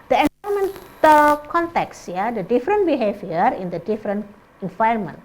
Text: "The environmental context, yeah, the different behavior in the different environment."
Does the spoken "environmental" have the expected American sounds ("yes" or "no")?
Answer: no